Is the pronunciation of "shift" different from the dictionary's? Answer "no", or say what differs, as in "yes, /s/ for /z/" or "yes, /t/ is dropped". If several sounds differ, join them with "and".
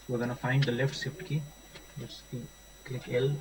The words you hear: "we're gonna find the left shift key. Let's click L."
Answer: yes, /s/ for /ʃ/